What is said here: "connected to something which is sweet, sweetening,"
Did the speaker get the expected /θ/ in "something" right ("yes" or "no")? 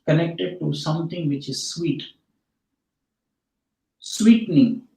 no